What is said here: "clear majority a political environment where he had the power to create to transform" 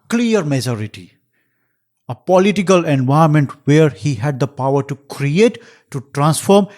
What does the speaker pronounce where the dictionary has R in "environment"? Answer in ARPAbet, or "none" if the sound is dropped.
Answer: none